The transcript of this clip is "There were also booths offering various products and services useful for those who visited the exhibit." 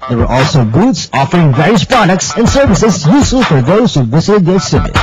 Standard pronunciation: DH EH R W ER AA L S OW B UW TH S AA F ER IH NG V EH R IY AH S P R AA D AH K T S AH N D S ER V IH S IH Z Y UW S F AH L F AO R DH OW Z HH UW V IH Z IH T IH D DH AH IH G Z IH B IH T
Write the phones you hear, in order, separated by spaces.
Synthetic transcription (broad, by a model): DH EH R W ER AA L S OW B UW T S AA F ER IH NG V EH R IY AH S P R AA D AH K T S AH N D S ER V IH S IH Z Y UW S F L F AO R DH OW Z HH UW V IH Z IH T IH D DH AH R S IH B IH